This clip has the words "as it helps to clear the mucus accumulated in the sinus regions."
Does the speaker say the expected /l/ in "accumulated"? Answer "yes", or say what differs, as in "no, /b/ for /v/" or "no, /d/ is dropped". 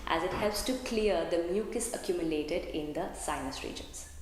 yes